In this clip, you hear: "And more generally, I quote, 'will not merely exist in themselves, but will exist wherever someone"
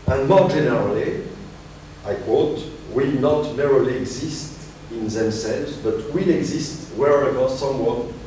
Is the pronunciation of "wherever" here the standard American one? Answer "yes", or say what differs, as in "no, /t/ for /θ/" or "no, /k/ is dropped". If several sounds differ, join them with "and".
yes